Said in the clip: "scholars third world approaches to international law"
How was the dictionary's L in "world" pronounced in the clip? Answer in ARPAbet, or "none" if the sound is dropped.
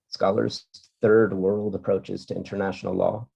L